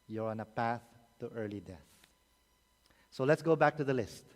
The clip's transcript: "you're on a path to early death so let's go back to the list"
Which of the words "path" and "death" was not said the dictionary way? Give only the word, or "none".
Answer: none